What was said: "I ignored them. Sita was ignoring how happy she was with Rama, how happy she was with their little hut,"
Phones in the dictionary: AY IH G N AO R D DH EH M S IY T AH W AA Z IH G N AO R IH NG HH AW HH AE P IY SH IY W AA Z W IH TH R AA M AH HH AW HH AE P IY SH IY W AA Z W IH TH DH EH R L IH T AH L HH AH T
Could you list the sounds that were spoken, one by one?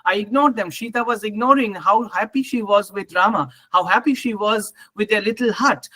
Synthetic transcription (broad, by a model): AY IH G N AO R D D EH M SH IY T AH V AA Z IH G N AO R IH NG HH AW HH AE P IY SH IY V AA Z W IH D R AA M AH HH AW HH AE P IY SH IY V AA Z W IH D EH L IH T AH L HH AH T